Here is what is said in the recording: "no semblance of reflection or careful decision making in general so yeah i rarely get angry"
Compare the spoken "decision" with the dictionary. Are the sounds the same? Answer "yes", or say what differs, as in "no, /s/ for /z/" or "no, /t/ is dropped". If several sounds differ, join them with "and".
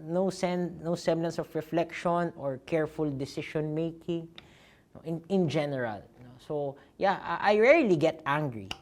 no, /ʃ/ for /ʒ/